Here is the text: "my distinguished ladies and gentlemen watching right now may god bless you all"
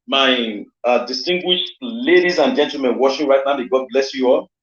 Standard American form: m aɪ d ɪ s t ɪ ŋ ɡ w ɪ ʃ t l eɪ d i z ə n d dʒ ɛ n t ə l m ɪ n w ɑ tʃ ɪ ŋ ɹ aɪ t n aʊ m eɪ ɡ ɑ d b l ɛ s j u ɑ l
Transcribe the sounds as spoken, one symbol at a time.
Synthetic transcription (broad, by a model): m aɪ d ɪ s t ɪ ŋ ɡ w ɪ ʃ t l eɪ d i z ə n dʒ ɛ n t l m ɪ n w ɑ ʃ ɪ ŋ ɹ aɪ t n aʊ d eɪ ɡ ɑ d b l ɛ s j u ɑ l